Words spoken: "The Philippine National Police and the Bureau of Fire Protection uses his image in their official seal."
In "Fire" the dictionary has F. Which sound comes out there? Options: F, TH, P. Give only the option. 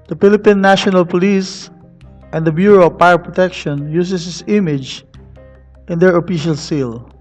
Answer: P